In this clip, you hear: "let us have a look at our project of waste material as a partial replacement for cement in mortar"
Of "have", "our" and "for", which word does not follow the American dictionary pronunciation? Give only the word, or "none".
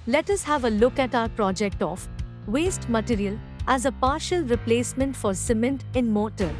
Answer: none